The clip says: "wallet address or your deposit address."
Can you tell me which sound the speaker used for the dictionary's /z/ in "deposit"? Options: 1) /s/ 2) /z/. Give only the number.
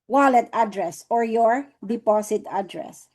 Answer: 1